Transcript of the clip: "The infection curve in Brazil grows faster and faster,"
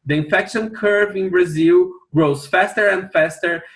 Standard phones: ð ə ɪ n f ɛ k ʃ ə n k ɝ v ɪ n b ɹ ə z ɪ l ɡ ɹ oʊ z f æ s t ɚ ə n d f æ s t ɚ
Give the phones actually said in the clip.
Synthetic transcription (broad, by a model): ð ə ɪ n f ɛ k ʃ ə n k ɝ v ɪ n b ɹ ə z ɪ l ɡ ɹ oʊ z f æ s t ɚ ə n d f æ s t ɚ